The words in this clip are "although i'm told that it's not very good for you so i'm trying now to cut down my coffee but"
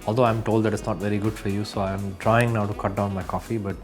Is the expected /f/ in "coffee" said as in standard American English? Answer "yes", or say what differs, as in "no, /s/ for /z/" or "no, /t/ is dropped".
yes